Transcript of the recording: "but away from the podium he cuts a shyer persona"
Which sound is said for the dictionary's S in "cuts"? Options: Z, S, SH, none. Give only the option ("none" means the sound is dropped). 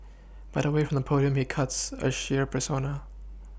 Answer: S